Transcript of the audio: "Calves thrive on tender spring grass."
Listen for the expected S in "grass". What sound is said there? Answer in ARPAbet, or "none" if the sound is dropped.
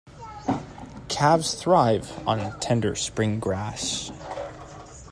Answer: SH